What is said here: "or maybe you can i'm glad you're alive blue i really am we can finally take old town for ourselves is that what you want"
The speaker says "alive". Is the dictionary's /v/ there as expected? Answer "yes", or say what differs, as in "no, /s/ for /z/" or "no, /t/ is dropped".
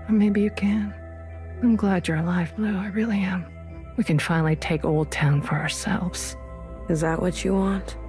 no, /f/ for /v/